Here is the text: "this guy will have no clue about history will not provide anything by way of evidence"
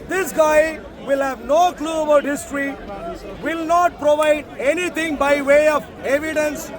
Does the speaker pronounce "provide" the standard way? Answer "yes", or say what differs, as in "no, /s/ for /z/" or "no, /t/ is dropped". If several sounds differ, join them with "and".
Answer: yes